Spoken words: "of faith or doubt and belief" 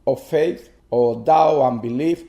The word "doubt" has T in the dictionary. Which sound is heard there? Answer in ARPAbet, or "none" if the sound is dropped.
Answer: none